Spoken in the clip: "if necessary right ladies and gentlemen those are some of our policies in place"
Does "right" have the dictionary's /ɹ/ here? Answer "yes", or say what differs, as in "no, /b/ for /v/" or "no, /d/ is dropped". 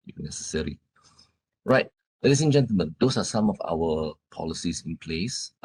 yes